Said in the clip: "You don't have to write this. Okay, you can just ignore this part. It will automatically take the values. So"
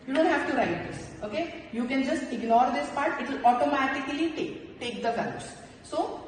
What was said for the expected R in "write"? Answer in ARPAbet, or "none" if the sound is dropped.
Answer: R